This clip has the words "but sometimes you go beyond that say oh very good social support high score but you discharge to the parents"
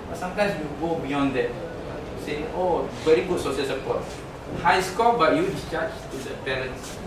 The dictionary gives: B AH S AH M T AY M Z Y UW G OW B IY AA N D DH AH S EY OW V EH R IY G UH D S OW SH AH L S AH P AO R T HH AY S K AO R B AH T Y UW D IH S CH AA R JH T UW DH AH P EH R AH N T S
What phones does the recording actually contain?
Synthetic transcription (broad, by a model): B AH S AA M T AY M S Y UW G OW B IY AA N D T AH S EY OW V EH R IY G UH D S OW S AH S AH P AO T HH AY S K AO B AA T Y UW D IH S CH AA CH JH T UW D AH P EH R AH N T S